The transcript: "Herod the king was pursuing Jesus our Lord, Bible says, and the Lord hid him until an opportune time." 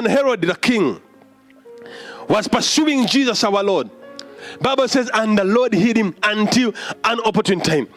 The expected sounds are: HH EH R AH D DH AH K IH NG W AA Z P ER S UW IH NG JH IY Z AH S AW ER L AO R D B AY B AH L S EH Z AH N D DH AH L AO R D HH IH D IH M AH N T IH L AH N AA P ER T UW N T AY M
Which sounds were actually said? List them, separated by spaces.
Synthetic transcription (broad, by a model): HH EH R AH D DH AH K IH NG W AA Z P ER S UW IH NG JH IY Z AH S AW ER L AO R D B AY B AH L S EH Z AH N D DH AH L AO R D HH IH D IH M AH N T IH L AH N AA P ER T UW N T AY M